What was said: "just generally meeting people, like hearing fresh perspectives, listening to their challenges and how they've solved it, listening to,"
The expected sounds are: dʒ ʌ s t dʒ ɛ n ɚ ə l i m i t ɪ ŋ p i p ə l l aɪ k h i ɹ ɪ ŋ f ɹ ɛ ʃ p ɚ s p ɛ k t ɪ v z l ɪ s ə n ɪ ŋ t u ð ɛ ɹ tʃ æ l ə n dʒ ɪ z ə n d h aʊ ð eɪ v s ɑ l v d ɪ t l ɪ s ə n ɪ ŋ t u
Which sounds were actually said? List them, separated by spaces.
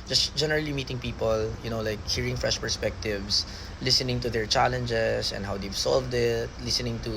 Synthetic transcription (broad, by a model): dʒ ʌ s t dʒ ɛ n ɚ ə l i m i t ɪ ŋ p i p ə l l aɪ k h i ɹ ɪ ŋ f ɹ ɛ ʃ p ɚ s p ɛ k t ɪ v s l ɪ s ə n ɪ ŋ t u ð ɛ ɹ tʃ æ l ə n dʒ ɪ s ə n d h aʊ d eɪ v s ɑ l v d ɪ t l ɪ s ə n ɪ ŋ t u